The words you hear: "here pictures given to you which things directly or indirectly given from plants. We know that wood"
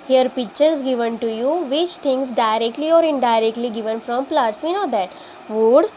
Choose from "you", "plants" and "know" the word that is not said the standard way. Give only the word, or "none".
plants